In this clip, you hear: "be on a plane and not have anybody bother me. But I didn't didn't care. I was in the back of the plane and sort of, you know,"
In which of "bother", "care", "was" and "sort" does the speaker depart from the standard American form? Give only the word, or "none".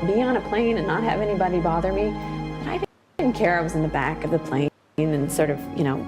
none